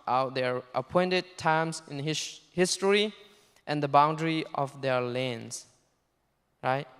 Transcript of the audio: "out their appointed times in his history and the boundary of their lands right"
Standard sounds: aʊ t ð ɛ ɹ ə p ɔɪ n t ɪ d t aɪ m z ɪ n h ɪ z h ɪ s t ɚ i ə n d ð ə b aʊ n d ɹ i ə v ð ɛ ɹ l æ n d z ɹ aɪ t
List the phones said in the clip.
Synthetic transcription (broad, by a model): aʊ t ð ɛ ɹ ə p ɔɪ n t ɪ d t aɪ m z ɪ n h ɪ h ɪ s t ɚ i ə n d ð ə b aʊ n d ɹ i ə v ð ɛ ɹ l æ n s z ɹ aɪ t